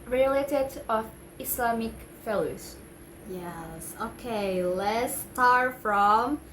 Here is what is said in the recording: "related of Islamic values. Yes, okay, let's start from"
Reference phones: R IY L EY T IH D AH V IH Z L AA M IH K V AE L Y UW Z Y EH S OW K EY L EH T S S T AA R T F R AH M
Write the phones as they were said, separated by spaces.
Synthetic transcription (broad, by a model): R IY L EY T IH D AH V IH S L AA M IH K F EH L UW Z Y EH S OW K EY L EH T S S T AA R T F R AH M